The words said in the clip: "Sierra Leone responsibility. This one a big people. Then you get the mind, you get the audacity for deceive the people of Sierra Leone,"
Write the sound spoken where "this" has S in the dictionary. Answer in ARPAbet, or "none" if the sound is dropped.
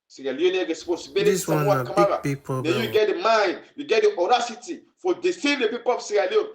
none